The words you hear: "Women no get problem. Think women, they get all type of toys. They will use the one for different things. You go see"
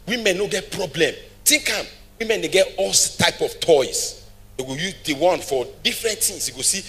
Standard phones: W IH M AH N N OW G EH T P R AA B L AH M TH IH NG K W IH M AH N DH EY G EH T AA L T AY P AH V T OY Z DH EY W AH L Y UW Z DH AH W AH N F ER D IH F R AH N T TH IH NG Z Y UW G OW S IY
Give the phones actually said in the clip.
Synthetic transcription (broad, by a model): W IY M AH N N OW G EH T P R AA B L AH M T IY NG K W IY M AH N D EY G EH T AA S T AY P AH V T OY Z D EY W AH Y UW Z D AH W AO N F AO D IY F R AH N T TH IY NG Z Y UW G OW S IY